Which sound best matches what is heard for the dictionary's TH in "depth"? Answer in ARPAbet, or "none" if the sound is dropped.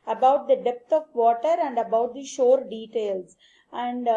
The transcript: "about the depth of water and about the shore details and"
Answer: T